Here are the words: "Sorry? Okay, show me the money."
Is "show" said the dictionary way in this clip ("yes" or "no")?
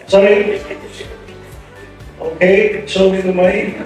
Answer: no